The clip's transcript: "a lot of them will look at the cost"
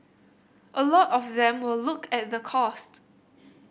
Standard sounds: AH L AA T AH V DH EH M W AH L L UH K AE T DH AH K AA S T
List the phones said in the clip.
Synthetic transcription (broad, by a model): AH L AA T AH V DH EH M W AH L L UH K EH T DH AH K AA S T